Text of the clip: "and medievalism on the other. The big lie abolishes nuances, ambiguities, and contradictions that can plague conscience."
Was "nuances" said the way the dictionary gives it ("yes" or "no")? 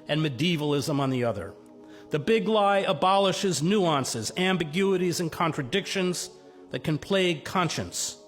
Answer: yes